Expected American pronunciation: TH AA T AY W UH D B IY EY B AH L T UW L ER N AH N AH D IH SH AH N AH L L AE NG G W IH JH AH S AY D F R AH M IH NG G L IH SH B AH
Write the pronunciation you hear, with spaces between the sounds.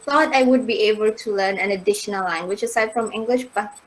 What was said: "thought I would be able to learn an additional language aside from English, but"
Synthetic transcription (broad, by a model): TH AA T AY W UH D B IY EY B AH L T UW L ER N AH N AH D IH SH AH N AH L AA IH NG W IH CH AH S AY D F R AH M IH NG G L IH SH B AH